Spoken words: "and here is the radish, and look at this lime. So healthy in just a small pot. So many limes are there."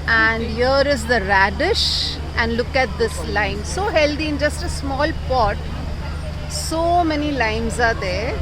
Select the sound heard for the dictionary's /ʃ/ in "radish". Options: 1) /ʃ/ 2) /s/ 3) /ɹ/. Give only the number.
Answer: 1